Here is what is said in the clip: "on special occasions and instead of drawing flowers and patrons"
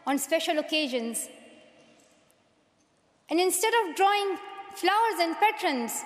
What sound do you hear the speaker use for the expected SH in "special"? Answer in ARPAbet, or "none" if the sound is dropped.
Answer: SH